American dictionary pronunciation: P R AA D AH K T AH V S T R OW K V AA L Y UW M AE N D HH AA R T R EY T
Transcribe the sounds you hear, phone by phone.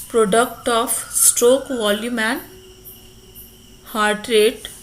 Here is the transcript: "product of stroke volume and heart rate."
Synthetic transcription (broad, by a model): P R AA D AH K T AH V S T R OW K V AA L Y UW M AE N HH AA R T R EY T